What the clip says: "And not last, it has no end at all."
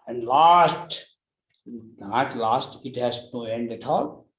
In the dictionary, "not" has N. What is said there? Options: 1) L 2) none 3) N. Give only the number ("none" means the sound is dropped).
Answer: 1